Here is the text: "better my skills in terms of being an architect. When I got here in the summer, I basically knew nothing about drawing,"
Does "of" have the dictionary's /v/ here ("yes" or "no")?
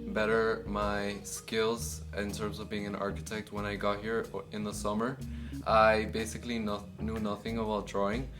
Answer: yes